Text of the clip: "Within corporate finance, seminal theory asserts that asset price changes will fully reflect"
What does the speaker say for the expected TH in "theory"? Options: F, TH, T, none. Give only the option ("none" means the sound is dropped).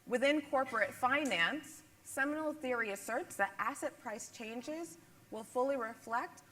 TH